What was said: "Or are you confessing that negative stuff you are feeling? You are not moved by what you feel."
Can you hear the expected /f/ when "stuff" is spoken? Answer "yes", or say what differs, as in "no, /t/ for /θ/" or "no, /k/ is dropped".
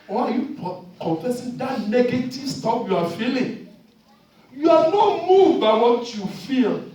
no, /p/ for /f/